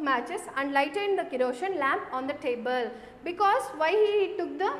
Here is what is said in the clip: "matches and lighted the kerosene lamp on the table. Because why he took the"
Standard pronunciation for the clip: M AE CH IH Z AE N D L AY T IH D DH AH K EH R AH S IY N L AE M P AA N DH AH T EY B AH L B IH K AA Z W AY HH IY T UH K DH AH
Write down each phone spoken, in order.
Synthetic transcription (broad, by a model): M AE CH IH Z AE N D L AY T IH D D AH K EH R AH SH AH N L AE M P AA N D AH T EY B AH L B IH K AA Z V AY HH IY T UH K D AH